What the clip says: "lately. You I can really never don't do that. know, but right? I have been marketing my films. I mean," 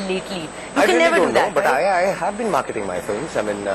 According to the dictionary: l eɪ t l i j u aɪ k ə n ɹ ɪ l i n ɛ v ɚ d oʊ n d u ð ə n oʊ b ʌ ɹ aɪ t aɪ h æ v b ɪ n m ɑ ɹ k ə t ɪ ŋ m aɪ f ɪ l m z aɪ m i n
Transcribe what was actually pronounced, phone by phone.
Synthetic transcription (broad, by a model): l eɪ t l i j u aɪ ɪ i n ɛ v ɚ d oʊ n n oʊ b ʌ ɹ aɪ aɪ h æ v b ɪ n m ɑ ɹ k ə t ɪ ŋ m aɪ f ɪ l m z aɪ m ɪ n